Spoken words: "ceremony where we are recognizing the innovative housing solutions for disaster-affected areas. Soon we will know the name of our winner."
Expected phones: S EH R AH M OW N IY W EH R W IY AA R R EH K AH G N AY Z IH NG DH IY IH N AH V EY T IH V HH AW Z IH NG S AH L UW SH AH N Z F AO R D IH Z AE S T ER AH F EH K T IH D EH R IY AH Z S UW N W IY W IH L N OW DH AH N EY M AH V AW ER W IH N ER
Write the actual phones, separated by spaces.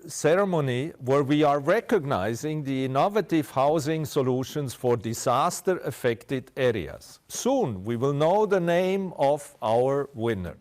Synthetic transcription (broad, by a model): S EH R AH M OW N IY W EH R W IY AA R R EH K AH G N AY Z IH NG DH IY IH N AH V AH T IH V HH AW Z IH NG S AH L UW SH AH N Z F AO R D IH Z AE S T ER AH F EH K T IH D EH R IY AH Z S UW N W IY W IH L N OW DH AH N EY M AH V AW ER W IH N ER